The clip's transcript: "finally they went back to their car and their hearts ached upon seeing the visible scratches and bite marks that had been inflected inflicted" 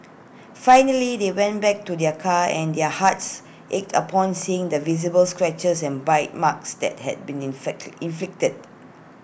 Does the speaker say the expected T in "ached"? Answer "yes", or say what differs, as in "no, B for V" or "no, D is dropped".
yes